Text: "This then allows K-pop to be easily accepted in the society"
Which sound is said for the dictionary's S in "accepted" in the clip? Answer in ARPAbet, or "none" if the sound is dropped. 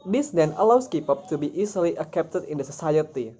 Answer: none